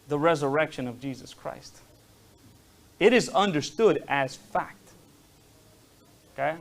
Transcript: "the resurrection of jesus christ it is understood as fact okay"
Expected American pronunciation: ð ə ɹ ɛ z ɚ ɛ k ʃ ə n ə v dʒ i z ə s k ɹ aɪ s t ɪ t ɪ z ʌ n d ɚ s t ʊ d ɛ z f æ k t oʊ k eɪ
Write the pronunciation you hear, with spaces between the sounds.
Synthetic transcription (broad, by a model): ð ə ɹ ɛ z ɚ ɛ k ʃ ə n ə v dʒ i z ə s k ɹ aɪ s t ɪ t ɪ z ʌ n d ɚ s t ʊ d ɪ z f æ k t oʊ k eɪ